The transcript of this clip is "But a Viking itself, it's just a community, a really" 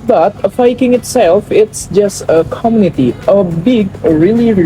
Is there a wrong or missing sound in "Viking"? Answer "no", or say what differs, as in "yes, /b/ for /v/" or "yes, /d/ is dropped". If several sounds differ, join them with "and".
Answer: yes, /f/ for /v/